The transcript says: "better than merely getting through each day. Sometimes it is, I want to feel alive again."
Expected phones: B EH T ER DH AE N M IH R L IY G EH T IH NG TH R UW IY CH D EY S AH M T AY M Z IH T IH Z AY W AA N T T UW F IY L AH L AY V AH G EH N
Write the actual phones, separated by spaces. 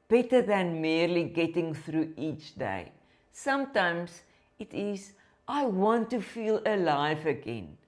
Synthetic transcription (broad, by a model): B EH T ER DH AE N M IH R L IY G EH T IH NG TH R UW IY CH D EY S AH M T AY M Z IH T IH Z AY W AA N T T UW F IY L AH L AY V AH G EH N